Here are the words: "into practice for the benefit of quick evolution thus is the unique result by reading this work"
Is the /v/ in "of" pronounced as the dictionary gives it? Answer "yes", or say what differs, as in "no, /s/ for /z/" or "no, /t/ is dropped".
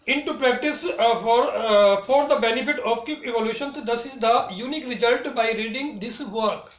no, /p/ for /v/